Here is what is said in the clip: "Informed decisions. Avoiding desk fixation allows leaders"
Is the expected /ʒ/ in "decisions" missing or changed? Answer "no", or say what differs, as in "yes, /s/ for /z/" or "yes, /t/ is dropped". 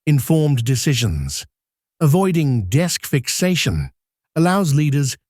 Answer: no